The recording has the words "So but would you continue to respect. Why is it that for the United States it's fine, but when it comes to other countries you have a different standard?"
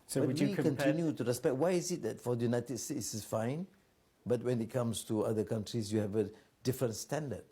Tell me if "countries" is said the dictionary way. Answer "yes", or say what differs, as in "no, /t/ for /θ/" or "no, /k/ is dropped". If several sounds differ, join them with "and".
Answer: no, /s/ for /z/